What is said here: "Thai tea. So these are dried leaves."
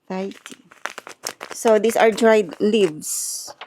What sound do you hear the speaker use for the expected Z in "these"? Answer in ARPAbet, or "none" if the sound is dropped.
S